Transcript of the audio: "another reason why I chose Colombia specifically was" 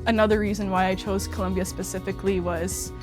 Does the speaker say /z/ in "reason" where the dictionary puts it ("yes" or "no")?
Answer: yes